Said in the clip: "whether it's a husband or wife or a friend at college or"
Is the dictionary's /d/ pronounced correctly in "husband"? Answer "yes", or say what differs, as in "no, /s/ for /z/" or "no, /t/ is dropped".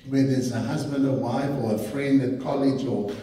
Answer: yes